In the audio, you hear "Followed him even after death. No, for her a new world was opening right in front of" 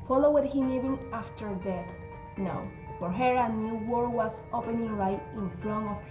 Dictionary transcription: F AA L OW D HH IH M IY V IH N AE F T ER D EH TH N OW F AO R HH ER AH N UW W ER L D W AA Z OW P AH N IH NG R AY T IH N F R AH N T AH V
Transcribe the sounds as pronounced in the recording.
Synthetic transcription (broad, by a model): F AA L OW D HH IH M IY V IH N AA F T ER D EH N OW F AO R HH ER AH N UW W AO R W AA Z OW P AH N IH NG R AY T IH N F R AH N AH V